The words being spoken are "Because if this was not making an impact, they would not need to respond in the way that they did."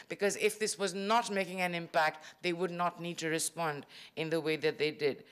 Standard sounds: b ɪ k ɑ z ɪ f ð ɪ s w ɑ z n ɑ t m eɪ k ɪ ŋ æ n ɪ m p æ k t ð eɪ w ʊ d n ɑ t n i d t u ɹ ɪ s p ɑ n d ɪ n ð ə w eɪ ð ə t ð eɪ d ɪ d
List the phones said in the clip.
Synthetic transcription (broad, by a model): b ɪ k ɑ z ɪ f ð ɪ s w ɑ z n ɑ t m eɪ k ɪ ŋ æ n ɪ m p æ k t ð eɪ w ʊ d n ɑ t n i d t u ɹ ɪ s p ɑ n d ɪ n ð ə w eɪ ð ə t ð eɪ d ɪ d